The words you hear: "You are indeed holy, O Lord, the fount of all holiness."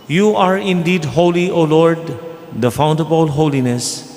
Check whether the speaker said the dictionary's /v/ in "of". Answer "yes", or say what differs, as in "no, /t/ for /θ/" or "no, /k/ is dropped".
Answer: no, /b/ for /v/